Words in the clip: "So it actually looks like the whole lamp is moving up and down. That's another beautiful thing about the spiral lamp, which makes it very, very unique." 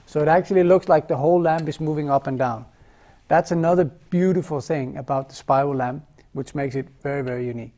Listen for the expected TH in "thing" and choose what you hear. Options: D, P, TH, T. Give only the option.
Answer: TH